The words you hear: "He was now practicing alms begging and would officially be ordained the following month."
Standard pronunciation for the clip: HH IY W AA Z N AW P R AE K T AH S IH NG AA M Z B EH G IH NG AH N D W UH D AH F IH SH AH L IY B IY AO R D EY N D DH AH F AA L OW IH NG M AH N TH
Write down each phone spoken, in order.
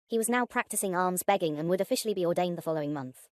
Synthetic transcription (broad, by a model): HH IY W AA Z N AW P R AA K T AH S IH NG AA M Z B EH G IH NG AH N W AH D AH F IH SH AH L IY B IY AO D EY N DH AH F AA L OW IH NG M AH N TH